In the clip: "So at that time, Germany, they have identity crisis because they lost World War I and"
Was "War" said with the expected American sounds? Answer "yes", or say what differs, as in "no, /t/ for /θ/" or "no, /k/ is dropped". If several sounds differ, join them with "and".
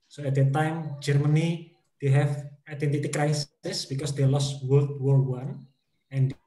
no, /w/ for /ɹ/